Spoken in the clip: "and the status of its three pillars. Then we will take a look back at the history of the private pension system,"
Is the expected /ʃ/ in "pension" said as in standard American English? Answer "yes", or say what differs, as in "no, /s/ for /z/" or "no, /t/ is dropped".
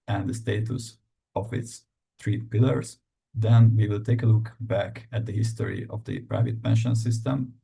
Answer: yes